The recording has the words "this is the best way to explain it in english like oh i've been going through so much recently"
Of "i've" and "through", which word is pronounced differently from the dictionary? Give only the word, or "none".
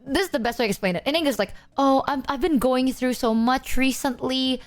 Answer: none